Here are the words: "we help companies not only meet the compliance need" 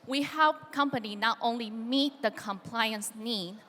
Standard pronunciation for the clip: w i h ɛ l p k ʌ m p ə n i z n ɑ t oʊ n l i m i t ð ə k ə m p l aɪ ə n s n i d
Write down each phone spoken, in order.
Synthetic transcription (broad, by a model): w i h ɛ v k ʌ m p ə n i n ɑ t oʊ n l i m i t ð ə k ə m p l aɪ ə n s n i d